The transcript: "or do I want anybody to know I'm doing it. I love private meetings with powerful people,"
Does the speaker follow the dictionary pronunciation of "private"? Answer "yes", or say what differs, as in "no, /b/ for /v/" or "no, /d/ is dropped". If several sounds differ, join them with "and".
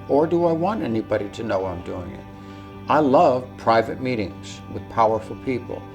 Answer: yes